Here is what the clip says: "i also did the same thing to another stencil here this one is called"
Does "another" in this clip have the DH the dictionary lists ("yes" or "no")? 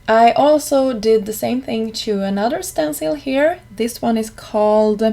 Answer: yes